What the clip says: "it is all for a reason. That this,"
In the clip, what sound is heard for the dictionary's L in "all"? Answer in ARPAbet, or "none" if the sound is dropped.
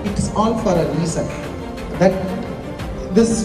N